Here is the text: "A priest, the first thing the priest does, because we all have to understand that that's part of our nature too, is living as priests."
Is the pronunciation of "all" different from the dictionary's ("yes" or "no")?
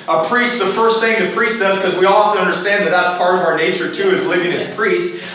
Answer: no